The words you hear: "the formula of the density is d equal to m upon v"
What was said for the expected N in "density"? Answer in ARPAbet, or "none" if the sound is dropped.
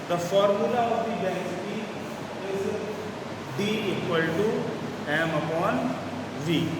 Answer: none